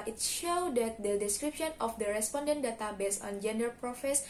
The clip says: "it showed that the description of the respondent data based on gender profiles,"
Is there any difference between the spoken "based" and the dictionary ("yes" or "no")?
yes